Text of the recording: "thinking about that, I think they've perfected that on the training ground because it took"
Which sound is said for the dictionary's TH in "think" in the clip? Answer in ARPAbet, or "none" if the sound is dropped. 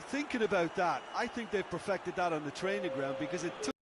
TH